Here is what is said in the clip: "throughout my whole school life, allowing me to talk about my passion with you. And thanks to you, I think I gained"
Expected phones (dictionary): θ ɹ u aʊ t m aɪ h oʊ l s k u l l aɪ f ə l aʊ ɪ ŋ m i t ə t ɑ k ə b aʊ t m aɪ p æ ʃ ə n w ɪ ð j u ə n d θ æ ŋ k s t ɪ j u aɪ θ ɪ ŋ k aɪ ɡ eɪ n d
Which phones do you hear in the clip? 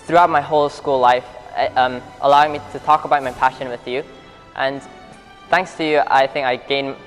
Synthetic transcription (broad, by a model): θ ɹ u aʊ t m aɪ h oʊ l s k u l l aɪ f ə l aʊ ɪ ŋ m i t ə t ɑ k ə b aʊ t m aɪ p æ ʃ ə n w ɪ ð j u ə n θ æ ŋ k s t ɪ j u aɪ θ ɪ ŋ k aɪ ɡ eɪ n